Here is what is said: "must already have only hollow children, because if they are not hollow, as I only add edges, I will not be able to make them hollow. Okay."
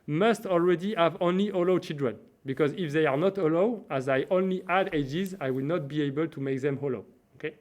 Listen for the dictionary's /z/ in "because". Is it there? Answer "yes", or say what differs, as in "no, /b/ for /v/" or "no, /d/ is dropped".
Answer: yes